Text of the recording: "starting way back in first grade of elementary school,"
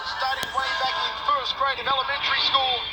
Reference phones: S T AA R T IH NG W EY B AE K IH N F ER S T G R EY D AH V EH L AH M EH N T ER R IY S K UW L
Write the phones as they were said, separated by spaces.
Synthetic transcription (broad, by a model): S T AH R T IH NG W EY B AE K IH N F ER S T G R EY AH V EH L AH M EH N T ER R IY S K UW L